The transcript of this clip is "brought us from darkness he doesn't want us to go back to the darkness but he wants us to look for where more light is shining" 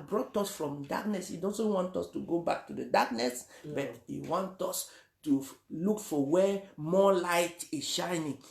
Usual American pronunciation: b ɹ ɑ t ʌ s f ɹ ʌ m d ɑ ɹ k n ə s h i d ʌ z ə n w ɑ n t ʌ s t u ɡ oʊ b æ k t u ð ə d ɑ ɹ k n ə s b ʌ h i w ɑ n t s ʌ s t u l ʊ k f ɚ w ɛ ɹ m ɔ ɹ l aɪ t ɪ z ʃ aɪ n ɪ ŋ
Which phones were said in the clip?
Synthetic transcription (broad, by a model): b ɹ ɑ t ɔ s f ɹ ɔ m d ɑ k n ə s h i d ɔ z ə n w ɑ n t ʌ s t u ɡ oʊ b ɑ k t u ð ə d ɑ k n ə s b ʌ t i w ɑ n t ɔ s t u l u k f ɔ w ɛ m ɔ l aɪ t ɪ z ʃ aɪ n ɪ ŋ